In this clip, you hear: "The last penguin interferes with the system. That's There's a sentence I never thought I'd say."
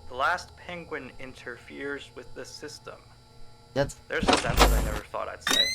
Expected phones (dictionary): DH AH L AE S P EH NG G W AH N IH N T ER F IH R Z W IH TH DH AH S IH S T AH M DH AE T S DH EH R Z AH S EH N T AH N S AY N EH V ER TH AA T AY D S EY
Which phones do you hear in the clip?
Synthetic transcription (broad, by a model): DH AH L AE S P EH NG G W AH N IH N T ER F IH R Z W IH DH AH S IH S T AH M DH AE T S DH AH R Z AH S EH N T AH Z AY N EH V ER TH AA T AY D S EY